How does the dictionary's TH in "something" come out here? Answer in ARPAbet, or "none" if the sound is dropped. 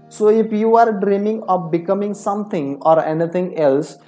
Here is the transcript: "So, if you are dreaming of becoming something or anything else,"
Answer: T